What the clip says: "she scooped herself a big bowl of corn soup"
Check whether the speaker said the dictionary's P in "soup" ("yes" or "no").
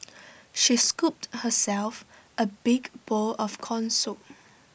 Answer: no